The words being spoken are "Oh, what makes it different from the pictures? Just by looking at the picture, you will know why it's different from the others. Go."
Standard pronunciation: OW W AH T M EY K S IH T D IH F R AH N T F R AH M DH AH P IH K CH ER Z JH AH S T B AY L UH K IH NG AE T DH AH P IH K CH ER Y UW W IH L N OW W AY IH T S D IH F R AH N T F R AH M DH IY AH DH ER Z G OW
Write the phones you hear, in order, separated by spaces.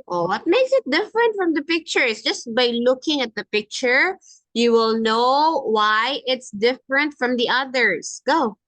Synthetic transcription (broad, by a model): OW W AH T M EY K S IH T D IH F R AH N T F R AH M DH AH P IH K CH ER S JH AH S T B AY L UH K IH NG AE T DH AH P IH K CH ER Y UW W IH L N OW W AY IH T S D IH F R AH N T F R AH M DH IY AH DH ER S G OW